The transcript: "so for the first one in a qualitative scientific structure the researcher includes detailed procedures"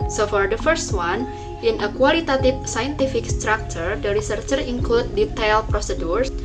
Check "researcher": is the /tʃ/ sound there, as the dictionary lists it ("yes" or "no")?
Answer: yes